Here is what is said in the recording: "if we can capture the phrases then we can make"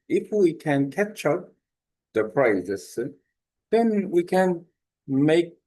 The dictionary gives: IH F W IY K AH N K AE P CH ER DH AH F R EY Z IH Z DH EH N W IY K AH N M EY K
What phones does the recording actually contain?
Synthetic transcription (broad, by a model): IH F W IY K AH N K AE CH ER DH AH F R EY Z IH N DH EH N W IY K AH N M EY K